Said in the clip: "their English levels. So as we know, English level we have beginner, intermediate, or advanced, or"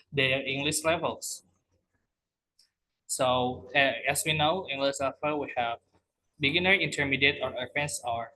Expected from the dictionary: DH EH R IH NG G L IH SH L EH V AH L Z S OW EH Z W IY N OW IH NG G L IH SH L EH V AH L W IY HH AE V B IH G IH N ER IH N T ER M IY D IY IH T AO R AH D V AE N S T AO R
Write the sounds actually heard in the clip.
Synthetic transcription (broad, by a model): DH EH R IH NG G L IH SH L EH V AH L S S OW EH S W IY N OW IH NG G L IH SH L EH F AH W IY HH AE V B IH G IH N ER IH N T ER M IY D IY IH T AO R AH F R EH N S AO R